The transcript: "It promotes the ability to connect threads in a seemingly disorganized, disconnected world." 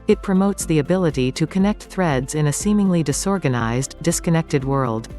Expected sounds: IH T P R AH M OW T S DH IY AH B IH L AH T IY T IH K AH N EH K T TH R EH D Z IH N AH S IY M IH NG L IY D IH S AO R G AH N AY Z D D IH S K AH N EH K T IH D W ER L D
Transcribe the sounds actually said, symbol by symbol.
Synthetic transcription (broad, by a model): IH T P R AH M OW T S DH IY AH B IH L AH T IY T IH K AH N EH K T TH R EH D Z IH N AH S IY M IH NG L IY D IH S AO R G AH N AY Z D D IH S K AH N EH K T IH D W ER L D